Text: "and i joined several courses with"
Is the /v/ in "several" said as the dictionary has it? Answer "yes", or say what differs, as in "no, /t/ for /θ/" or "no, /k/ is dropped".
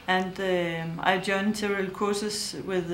no, /v/ is dropped